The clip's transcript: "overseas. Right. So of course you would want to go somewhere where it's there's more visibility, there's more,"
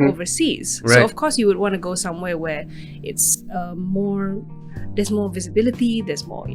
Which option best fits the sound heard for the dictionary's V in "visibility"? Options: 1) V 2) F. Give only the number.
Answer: 1